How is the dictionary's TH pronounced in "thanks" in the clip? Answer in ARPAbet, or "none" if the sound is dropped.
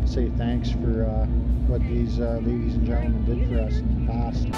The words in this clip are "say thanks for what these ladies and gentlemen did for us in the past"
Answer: TH